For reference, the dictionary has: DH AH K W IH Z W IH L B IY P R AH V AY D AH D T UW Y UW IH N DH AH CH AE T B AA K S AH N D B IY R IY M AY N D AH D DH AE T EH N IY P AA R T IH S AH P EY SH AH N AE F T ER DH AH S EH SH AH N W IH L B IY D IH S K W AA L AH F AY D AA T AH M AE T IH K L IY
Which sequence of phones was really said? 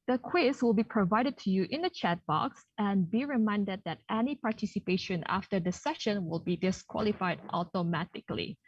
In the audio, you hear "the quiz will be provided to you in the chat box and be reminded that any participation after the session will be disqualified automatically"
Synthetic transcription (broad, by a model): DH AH K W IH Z W IH L B IY P R AH V AY D AH D T UW Y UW IH N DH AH CH AE T B AA K S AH N B IY R IY M AY N D AH D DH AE T EH N IY P AA R T IH S AH P EY SH AH N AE F T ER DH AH S EH SH AH N W IH L B IY D IH S K W AA L AH F AY D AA T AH M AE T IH K L IY